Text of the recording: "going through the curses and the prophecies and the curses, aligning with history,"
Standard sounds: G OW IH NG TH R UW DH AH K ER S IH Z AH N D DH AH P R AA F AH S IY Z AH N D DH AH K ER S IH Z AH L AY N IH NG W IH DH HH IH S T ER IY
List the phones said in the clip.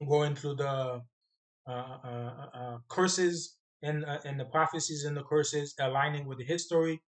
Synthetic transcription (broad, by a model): G OW IH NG TH R UW DH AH K ER S IH Z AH N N DH AH P R AA F AH S IY Z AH N DH AH K ER S IH Z AH L AY N IH NG W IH DH HH IH S T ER IY